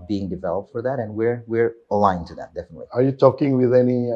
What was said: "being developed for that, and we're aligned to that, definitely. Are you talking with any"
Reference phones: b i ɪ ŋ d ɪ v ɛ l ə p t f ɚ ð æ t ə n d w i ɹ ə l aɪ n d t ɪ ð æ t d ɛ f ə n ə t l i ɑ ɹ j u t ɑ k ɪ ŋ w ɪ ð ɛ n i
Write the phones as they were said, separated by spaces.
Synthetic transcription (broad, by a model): b i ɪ ŋ d ɪ v ɛ l ə p t f ɚ ð æ t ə n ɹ w i ɹ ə l aɪ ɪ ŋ t ɪ ð æ t d ɛ f ə n ə t l i ɑ ɹ j u t ɑ k ɪ ŋ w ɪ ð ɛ n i